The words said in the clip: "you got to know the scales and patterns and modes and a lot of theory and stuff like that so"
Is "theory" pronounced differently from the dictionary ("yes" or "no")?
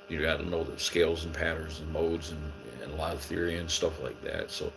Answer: no